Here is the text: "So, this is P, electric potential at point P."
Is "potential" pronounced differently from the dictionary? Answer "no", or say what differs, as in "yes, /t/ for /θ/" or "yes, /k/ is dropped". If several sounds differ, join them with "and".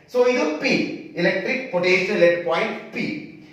yes, /n/ is dropped